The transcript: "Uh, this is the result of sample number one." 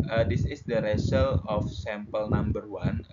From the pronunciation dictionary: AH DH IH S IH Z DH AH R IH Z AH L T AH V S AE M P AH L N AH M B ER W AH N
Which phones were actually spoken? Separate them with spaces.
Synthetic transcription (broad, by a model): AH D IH S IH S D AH R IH S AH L AH F S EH M P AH L N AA M B ER W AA N